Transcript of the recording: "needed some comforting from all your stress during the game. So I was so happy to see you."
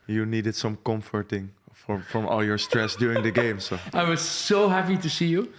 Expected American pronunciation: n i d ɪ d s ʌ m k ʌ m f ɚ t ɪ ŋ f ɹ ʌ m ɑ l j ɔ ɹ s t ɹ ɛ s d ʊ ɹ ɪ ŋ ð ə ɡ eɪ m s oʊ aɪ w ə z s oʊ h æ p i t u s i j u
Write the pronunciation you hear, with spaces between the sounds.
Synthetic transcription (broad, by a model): n i d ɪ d s ʌ m k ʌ m f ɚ t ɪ ŋ f ɹ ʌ m ɑ l j ɔ ɹ s t ɹ ɛ s d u ɪ ŋ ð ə ɡ eɪ m s oʊ aɪ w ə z s oʊ h æ p i t u s i j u